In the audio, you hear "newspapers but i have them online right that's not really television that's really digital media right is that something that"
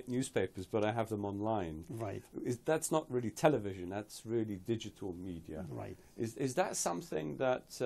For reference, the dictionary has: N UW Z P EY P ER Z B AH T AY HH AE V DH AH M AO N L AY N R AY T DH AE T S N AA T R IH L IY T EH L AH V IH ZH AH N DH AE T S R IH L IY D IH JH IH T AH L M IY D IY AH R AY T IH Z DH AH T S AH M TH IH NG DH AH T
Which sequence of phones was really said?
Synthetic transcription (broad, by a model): N UW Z P EY P ER Z B AH T AY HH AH V DH AH M AO N L AY N R AY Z DH AE T S N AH T R IH L IY T EH L AH V IH ZH AH N DH AE T S R IH L IY D IH JH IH T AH L M IY D IY AH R AY T IH Z DH AH T S AH M TH IH NG DH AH T